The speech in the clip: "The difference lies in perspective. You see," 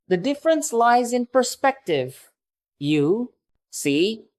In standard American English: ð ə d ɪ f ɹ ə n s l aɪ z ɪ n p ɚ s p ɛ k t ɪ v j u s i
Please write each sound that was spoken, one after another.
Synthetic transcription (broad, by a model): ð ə d ɪ f ɹ ə n s l aɪ z ɪ n p ɚ s p ɛ k t ɪ v j u s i